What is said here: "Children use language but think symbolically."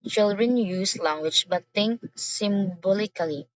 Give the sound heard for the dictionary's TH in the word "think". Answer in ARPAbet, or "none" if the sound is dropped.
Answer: T